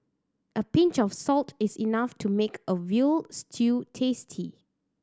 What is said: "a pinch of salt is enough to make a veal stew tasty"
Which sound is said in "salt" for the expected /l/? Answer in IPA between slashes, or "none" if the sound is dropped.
/l/